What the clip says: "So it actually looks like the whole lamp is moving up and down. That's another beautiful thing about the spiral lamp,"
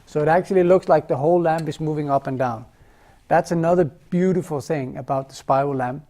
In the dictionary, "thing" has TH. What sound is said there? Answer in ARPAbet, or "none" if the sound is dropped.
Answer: TH